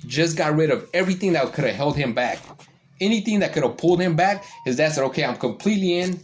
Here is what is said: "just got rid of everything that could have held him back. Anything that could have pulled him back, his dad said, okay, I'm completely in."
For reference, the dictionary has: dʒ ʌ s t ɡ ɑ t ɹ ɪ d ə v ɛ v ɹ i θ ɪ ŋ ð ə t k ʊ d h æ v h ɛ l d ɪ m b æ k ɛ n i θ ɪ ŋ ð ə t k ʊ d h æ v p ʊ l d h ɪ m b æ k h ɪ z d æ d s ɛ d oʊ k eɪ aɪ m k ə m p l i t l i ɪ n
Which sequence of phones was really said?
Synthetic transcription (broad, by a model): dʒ ʌ s ɡ ɑ t ɹ ɪ d ə v ɛ v ɹ i θ ɪ ŋ ð ə t k ʊ d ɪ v h ɛ l d ɪ m b æ k ɛ n i θ ɪ ŋ ð ə t k ʊ d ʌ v p ʊ l d h ɪ m b æ k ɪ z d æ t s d oʊ k eɪ aɪ m k ə m p l i t l i ɪ n